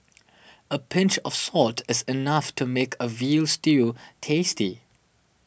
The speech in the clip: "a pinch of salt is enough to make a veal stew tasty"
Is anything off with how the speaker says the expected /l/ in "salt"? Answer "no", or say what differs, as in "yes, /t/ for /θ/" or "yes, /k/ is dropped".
no